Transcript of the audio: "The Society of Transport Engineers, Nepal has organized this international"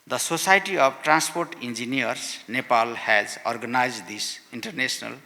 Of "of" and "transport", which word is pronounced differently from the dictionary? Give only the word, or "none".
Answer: of